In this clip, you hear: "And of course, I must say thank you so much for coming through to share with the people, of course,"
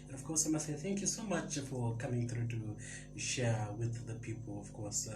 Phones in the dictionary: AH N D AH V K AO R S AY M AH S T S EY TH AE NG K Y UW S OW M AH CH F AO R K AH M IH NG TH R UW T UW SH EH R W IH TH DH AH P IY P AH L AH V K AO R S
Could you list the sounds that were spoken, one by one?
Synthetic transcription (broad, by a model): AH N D AH V K AO R S AY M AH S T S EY TH AE NG K Y UW S OW M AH CH F AO R K AH M IH NG TH R UW T UW SH EH R W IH DH AH P IY P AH L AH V K AO R S